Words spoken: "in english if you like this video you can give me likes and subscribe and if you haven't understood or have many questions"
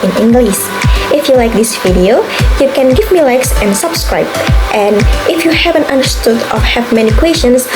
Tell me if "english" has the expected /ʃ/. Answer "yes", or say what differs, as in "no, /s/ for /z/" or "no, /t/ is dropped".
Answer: no, /s/ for /ʃ/